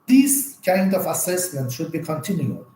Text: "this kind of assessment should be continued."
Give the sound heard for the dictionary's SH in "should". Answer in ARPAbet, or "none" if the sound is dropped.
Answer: SH